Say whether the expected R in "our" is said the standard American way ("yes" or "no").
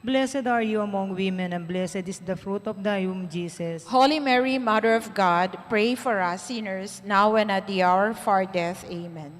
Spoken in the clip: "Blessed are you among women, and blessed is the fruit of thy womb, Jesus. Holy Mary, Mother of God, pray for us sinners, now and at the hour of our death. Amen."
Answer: yes